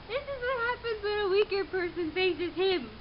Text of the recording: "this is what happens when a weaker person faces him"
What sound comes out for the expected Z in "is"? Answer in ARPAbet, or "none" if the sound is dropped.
Z